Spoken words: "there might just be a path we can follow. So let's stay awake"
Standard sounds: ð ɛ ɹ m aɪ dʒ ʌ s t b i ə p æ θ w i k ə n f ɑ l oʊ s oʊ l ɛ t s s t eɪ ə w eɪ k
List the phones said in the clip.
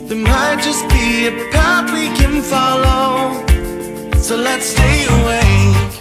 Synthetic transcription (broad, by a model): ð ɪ m aɪ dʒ ʌ s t b i ə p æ t w i k ə n f ɑ l oʊ s oʊ l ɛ t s s t eɪ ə w eɪ